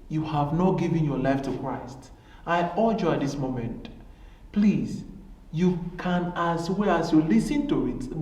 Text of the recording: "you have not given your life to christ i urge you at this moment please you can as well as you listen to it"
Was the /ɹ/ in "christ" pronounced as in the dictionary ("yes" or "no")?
yes